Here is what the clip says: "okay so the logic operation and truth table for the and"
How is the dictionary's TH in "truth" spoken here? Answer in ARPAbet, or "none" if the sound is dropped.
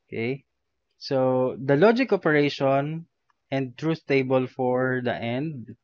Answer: S